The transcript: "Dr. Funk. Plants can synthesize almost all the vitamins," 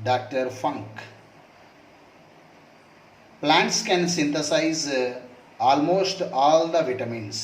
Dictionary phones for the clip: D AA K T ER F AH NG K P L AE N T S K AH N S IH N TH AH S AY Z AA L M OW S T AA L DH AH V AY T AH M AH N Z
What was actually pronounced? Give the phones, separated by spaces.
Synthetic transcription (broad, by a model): D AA K T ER F AH NG K P L AE N T S K AH N S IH N T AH S AY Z AA L M OW S T AA L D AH V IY T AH M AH N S